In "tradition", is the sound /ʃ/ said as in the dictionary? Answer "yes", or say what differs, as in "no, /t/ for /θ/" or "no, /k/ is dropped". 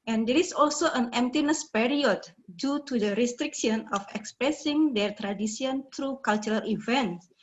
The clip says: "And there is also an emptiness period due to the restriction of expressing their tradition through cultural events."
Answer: no, /s/ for /ʃ/